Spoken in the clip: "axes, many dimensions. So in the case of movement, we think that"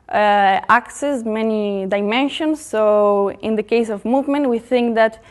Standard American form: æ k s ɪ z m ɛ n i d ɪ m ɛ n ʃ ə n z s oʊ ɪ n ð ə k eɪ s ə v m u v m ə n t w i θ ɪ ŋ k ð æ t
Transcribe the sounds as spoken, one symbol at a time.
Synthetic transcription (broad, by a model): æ k s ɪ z m ɛ n i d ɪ m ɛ n ʃ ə n s oʊ ɪ n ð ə k eɪ s ə v m u v m ə n t w i θ ɪ ŋ k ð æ t